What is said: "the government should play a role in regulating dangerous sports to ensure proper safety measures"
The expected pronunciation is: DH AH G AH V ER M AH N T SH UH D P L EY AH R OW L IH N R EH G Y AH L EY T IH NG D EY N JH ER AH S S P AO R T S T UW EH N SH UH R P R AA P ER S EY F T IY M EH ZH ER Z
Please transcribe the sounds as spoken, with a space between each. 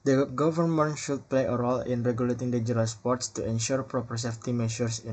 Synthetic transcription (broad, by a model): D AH G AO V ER M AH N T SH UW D P L EY AH R OW L IH N R EH G Y AH L EY T IH NG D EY JH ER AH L S P AO R T S T UW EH N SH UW R P R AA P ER S EY F T IY M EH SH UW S